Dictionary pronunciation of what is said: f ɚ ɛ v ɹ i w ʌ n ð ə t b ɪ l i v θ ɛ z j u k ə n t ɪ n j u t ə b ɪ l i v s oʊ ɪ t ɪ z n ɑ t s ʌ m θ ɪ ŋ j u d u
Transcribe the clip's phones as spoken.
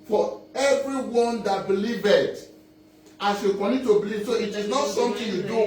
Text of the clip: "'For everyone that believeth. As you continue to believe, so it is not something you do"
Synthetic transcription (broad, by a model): f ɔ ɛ v ɹ i w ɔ n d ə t b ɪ l i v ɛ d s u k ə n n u t ə b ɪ l i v s oʊ ɪ t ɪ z n ɑ t s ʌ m t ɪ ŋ j u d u